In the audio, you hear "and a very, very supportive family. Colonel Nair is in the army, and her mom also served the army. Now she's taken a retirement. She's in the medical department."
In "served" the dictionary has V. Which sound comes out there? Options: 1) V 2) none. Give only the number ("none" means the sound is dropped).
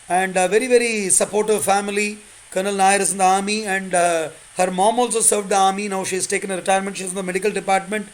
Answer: 1